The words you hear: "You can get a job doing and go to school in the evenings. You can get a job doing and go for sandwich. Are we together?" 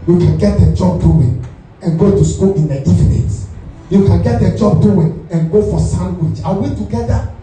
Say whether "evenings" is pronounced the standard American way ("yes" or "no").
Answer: no